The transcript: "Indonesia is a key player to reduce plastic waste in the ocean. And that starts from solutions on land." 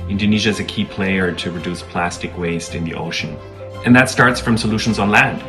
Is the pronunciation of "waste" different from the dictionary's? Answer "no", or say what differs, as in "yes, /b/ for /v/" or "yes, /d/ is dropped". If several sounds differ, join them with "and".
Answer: no